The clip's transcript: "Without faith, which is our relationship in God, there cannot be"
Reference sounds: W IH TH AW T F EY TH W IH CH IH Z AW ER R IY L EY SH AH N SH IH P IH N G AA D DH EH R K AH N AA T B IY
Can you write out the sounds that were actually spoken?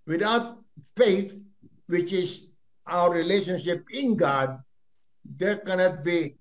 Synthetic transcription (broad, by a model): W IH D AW T F EY T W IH CH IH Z AW ER R IY L EY SH AH N SH IH P IH N G AA D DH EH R K AH N AA T B IY